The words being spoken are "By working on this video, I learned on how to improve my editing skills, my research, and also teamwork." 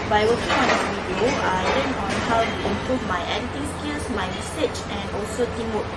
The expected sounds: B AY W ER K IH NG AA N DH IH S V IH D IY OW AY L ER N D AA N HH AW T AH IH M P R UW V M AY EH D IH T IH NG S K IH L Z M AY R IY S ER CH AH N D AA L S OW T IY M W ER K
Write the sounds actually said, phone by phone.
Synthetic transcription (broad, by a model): B AY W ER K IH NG AA N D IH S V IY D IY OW AY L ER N AA N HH AW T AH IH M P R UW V M AY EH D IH T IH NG S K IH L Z M AY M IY S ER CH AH N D AA L S OW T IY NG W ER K